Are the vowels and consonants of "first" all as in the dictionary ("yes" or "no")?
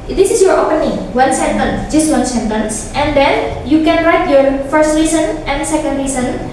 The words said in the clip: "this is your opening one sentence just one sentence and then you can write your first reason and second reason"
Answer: yes